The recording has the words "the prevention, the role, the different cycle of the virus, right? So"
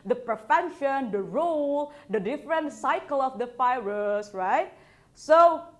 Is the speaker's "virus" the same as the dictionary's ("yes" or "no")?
no